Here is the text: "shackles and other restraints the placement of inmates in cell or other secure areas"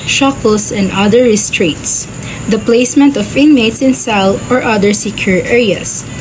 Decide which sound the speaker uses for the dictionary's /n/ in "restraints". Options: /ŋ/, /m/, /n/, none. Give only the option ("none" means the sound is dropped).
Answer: none